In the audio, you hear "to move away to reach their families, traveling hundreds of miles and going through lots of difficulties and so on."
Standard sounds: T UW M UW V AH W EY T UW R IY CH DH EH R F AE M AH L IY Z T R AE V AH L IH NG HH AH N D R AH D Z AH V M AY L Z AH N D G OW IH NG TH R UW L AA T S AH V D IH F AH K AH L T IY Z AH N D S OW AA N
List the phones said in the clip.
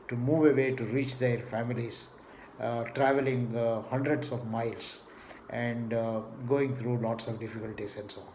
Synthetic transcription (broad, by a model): T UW M UW V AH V EY T UW R IY CH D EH R F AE M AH L IY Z T R AE V AH L IH NG HH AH N D R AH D S AH V M AY L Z AH N D G OW IH NG T R UW L AA T S AH V D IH F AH K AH L T IY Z AH N D S OW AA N